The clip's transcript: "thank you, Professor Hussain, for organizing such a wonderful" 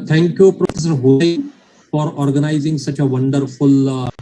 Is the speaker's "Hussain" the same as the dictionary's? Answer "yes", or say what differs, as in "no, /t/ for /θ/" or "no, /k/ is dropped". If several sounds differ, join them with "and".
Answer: no, /s/ is dropped